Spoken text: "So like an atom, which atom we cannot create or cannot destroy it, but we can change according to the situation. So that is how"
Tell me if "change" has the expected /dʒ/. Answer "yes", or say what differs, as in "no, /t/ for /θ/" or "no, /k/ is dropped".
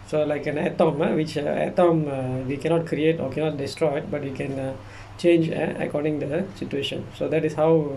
yes